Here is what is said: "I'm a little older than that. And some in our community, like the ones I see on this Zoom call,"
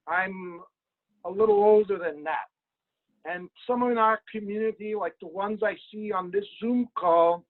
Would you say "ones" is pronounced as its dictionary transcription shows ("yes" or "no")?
yes